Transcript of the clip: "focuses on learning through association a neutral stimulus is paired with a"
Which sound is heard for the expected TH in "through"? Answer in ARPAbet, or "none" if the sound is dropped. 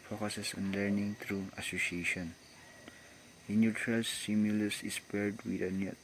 T